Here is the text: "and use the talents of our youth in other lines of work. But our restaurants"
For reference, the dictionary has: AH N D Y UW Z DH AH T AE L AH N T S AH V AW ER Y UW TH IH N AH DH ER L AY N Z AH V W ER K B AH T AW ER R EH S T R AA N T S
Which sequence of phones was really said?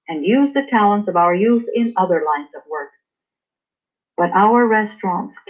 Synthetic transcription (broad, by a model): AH N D Y UW Z DH AH T AE L AH N T S AH V AW ER Y UW TH IH N AH DH ER L AY N Z AH V W ER K B AH T AW ER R EH S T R AA N T S